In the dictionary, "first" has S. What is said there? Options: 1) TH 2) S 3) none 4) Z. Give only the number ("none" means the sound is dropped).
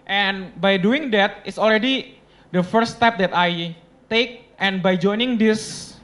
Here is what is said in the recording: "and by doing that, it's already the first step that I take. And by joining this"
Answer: 3